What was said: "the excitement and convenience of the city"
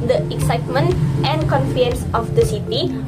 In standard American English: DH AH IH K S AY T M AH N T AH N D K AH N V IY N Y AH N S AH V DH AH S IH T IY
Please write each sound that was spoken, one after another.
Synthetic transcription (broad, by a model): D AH IH K S AY T M AH N T AH N D K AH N F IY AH N S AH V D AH S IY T IY